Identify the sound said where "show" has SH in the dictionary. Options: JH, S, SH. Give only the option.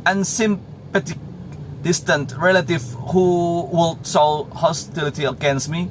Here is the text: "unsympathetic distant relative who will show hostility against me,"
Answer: S